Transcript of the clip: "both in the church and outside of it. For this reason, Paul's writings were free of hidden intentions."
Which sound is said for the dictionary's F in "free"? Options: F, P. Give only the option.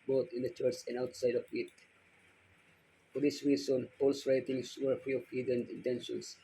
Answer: P